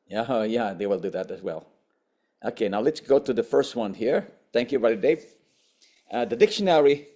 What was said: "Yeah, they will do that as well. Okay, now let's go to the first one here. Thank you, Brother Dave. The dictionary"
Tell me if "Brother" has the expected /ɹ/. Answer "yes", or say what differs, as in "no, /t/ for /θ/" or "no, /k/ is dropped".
no, /ɹ/ is dropped